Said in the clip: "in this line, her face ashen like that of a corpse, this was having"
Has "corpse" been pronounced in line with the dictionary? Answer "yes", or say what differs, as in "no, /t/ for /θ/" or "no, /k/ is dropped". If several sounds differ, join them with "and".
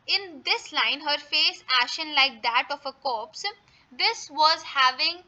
yes